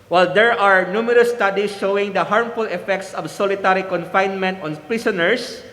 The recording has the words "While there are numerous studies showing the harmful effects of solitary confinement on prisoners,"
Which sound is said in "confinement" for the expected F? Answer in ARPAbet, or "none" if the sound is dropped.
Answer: F